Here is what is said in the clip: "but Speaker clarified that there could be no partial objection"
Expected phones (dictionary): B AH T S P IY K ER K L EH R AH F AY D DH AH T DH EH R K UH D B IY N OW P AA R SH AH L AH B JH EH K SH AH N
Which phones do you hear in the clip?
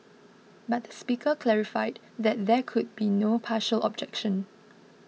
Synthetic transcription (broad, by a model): B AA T S P IY K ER K L EH R AH F AY D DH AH T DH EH K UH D B IY N OW P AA SH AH L AH B JH EH K SH AH N